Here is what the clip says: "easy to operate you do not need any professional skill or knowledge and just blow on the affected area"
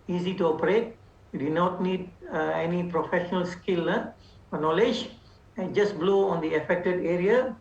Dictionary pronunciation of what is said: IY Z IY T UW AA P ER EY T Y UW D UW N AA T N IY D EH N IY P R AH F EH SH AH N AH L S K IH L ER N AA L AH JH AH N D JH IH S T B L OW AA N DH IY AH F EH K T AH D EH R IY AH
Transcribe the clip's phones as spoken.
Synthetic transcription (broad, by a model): IY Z IY T UW AA P ER EY T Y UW D UW N AA T N IY D EH N IY P R AH F EH SH AH N AH L S K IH L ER N AA L AH JH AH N JH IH S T B L OW AA N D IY AH F EH K T AH D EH R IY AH